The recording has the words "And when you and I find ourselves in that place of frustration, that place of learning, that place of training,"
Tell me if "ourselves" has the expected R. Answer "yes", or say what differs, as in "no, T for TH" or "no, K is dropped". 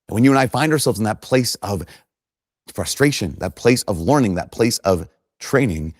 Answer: yes